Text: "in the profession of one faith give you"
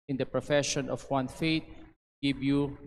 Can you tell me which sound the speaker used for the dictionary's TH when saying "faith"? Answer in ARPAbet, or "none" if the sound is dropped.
T